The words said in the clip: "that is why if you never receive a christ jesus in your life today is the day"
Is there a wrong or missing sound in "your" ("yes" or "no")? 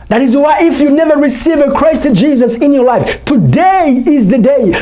no